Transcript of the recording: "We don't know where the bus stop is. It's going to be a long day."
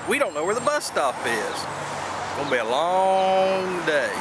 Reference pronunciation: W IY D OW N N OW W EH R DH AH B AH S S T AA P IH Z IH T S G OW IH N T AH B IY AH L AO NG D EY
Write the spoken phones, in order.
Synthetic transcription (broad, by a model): W IY D OW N N OW W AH R DH AH B AH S S T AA F IH Z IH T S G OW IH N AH B IY AH L AO NG D EY